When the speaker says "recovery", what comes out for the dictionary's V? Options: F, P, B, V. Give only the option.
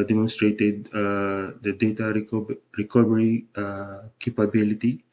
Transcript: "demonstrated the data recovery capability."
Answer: B